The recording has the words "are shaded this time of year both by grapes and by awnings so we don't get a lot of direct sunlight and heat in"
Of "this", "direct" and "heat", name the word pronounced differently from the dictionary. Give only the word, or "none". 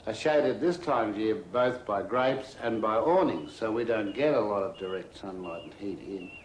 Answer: none